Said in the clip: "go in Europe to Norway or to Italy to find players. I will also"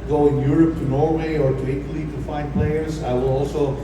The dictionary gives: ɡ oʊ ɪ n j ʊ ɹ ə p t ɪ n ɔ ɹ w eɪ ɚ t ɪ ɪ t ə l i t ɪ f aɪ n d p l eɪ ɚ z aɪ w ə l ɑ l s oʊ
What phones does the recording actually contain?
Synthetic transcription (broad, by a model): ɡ oʊ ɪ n j ʊ ɹ ə p t ɪ n ɔ ɹ w eɪ ɚ t ɪ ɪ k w l i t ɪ f aɪ n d p l eɪ ɚ z aɪ w ə l ɑ l s oʊ